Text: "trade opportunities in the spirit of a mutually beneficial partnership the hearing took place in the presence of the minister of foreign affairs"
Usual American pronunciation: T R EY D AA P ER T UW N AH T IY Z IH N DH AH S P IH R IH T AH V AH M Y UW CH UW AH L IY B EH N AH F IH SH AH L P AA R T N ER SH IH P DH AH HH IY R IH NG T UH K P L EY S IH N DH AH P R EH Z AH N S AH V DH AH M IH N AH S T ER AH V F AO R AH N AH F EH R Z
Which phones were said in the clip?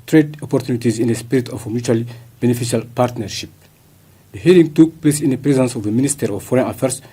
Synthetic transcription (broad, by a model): T R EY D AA P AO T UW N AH T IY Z IH N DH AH S P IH R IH T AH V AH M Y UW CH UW L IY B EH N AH F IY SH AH L P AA R T N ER SH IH P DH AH HH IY L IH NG T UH K P L EY S IH N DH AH P R EH Z AH N S AH V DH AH M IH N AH S T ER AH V F AO R AH N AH F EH R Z